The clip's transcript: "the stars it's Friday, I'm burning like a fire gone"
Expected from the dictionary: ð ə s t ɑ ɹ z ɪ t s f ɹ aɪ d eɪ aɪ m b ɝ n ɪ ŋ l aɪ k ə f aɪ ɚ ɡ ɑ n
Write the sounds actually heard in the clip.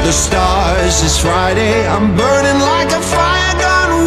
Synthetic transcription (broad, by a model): ð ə s t ɑ ɹ z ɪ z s f ɹ aɪ d eɪ aɪ m b ɝ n ɪ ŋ l aɪ k ə f aɪ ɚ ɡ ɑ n